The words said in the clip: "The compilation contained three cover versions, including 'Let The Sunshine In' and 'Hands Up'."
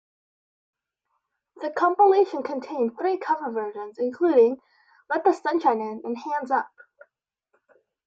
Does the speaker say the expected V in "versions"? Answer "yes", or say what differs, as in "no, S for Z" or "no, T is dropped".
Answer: yes